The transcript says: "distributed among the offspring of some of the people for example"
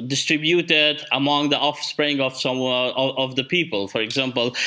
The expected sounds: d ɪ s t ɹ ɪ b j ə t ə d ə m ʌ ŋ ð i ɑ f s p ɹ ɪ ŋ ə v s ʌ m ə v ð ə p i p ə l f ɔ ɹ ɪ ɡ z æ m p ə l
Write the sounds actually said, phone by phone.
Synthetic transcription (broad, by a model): d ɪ s t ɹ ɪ b j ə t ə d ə m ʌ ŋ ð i ɑ f s p ɹ ɪ ŋ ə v s ʌ m ə v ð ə p i p ə l f ɔ ɹ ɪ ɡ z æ m p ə l